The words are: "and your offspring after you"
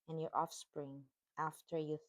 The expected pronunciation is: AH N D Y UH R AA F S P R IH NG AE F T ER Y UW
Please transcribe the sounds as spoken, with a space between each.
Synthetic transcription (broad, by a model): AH N Y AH R AA F S P R IH NG AE F T ER Y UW